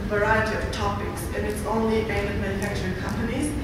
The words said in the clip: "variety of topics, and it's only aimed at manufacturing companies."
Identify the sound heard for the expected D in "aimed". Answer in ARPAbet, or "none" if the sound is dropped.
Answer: none